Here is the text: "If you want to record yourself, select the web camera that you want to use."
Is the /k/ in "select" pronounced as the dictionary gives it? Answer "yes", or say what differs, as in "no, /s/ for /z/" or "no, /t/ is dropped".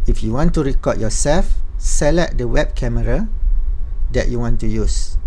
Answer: no, /k/ is dropped